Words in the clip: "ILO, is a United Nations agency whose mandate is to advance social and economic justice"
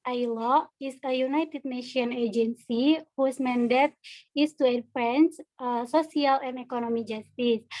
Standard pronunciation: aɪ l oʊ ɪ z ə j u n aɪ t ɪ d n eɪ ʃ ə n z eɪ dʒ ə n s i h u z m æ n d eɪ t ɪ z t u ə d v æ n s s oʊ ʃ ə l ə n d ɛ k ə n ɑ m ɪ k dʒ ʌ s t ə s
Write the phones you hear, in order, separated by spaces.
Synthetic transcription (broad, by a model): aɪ l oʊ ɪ s ə j u n aɪ t ɪ d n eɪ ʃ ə n eɪ dʒ ə n s i h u s m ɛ n d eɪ t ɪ s t u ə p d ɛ n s s oʊ s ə l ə n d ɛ k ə n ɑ m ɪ dʒ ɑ s t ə s